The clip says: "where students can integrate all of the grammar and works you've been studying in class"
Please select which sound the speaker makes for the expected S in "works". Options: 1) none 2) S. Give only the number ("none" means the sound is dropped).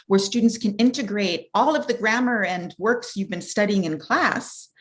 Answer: 2